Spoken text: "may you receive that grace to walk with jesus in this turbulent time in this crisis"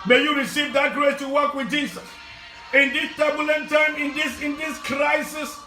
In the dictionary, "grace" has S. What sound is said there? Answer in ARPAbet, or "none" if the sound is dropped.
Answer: none